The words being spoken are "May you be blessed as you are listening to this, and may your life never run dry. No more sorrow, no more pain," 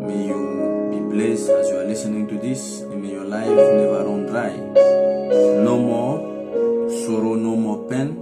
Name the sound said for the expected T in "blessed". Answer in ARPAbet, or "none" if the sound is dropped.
none